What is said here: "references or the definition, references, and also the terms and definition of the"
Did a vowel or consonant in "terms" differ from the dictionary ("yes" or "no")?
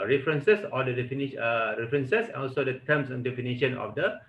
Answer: yes